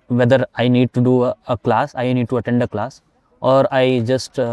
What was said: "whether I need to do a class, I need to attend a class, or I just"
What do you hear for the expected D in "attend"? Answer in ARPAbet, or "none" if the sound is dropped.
D